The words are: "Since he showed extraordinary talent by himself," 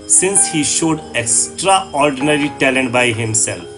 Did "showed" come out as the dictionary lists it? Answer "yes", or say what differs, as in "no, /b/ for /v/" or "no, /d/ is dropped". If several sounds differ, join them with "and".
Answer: yes